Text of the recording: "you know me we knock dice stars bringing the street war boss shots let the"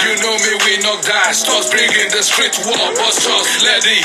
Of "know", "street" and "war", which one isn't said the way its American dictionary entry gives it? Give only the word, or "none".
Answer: war